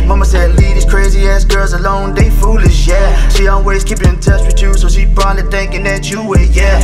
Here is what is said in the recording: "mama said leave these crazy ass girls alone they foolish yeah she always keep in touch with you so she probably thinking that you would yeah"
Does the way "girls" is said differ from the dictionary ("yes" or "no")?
no